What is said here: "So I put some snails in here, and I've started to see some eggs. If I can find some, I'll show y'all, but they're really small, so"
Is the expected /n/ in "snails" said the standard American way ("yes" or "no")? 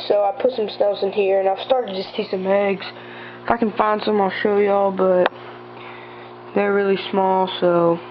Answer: no